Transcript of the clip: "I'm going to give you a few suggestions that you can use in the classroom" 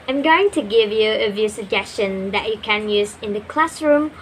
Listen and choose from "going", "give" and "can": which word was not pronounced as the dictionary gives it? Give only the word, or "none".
none